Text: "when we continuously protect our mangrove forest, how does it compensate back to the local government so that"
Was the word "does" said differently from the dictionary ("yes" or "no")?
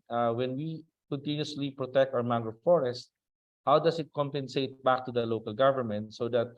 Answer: yes